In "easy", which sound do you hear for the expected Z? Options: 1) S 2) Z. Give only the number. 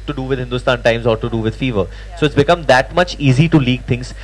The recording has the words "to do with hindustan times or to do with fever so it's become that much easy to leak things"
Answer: 2